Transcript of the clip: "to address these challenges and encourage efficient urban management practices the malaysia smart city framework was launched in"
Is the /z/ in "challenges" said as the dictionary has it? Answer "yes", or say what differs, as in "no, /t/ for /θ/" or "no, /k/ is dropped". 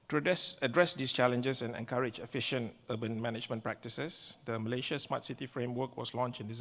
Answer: no, /s/ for /z/